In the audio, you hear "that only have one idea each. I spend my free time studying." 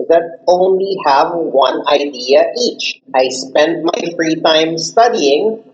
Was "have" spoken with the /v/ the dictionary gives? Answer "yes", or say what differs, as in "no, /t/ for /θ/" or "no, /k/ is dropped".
yes